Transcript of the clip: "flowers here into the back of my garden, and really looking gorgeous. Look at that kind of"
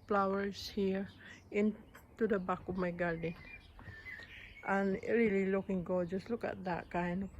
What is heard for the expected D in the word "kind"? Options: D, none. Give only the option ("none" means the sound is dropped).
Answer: none